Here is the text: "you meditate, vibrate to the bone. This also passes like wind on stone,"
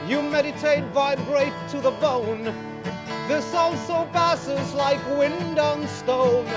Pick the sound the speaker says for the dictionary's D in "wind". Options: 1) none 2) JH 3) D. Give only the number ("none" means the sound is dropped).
3